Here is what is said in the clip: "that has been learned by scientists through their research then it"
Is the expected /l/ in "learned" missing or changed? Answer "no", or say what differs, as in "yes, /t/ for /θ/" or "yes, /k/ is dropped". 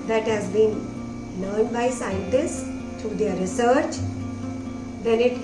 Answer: yes, /n/ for /l/